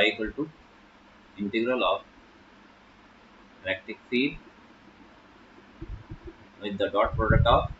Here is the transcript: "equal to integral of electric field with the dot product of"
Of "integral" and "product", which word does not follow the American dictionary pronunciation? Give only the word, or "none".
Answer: none